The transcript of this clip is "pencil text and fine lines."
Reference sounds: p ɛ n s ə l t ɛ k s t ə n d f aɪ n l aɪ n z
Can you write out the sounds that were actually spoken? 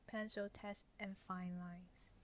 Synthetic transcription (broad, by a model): p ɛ n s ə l t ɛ s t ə n f aɪ n l aɪ n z